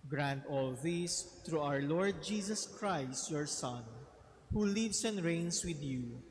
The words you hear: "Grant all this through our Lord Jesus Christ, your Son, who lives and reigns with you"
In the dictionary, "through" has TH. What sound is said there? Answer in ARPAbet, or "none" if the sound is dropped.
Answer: T